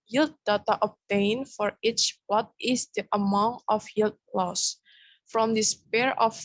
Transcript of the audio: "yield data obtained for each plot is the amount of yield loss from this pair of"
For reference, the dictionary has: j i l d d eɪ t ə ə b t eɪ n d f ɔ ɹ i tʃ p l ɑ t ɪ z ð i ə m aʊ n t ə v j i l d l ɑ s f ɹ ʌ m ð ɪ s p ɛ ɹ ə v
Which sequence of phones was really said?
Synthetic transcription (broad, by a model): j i l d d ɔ t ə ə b t eɪ n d f ɔ ɹ i tʃ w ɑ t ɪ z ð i ə m aʊ n t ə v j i l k l ɑ s f ɹ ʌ m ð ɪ s p ɛ ɹ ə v